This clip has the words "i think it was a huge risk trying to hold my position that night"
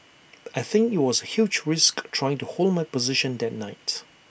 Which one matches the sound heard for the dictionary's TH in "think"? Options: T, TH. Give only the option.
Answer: TH